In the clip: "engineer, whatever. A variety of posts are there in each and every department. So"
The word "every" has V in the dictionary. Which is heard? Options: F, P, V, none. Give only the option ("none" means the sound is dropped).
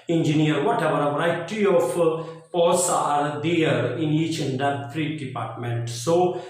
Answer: F